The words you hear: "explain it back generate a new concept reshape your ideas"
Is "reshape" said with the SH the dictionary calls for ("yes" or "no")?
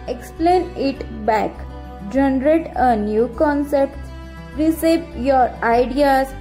no